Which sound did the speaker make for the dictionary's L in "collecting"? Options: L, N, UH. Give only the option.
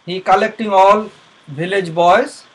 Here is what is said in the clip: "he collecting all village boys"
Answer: L